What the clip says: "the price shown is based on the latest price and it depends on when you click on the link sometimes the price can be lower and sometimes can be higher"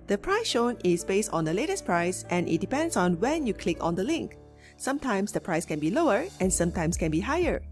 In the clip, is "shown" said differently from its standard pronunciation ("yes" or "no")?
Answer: no